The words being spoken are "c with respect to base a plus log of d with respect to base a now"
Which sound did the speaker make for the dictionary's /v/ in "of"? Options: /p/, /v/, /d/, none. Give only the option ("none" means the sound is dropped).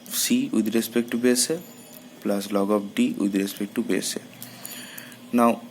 /p/